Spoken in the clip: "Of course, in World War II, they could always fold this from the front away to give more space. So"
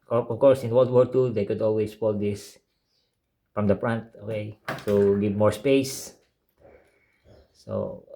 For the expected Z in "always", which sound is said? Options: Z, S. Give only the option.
S